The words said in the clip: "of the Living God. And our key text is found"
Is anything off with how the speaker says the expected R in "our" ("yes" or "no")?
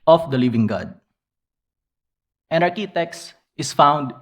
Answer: no